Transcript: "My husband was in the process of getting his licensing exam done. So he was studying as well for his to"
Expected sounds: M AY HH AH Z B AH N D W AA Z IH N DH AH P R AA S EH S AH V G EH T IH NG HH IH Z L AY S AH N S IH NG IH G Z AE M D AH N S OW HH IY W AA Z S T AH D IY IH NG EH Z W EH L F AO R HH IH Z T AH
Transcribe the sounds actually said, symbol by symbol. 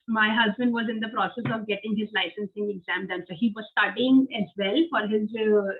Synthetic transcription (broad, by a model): M AY HH AH Z B AH N D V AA Z IH N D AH P R AA S EH S AH V G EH T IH NG HH IH Z L AY S AH N S IH NG IH G Z AE M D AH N S OW HH IY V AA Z S T AH D IY IH NG EH Z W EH L F AO R HH IH Z